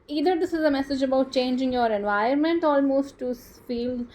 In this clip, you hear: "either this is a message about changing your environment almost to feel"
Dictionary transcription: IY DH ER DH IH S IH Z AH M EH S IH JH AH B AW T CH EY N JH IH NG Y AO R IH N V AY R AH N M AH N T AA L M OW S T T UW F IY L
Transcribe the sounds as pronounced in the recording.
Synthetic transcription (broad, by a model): IY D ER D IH S IH Z AH M EH S IH JH AH B AW T CH EY N JH IH NG Y AO R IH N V AY AH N M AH N T AA L M OW S T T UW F IY L